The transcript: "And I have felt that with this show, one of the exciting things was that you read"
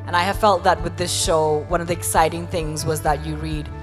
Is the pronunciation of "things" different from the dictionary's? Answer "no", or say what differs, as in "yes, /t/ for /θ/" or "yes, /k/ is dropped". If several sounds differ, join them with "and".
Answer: no